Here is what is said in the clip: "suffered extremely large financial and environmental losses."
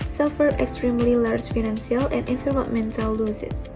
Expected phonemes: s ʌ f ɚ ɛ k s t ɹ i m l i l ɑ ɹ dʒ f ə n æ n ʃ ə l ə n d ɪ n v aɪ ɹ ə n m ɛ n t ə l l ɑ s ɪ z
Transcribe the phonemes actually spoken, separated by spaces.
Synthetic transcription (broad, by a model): s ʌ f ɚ ɛ k s t ɹ i m l i l ɑ ɹ dʒ f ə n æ n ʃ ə l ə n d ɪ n f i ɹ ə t m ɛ n t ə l l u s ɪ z